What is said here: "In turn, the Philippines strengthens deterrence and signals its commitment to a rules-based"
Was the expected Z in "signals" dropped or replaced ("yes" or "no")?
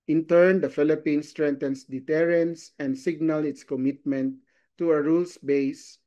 yes